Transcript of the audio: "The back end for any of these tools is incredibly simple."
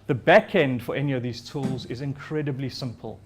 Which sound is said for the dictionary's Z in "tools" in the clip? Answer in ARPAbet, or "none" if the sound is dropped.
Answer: Z